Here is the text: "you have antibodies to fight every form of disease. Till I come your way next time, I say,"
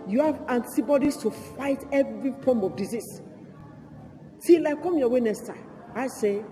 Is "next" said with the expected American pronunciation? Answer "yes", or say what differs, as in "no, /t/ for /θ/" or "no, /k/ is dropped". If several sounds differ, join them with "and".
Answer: no, /k/ is dropped